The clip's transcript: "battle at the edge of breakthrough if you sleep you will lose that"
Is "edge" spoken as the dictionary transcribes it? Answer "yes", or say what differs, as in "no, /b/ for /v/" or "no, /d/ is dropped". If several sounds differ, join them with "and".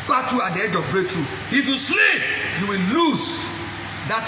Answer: yes